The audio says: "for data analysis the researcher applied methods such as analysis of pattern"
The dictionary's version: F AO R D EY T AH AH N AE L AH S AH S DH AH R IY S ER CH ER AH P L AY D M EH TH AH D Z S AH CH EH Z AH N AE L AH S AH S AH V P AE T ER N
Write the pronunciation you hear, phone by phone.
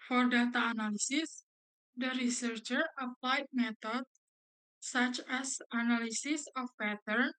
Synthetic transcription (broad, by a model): F AO R D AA T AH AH N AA L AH S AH S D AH R IY S ER CH ER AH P L AY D M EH T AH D S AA CH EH S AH N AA L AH S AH S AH F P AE T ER N